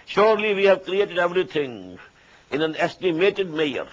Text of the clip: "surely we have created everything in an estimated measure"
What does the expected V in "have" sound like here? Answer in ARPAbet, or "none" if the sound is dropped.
V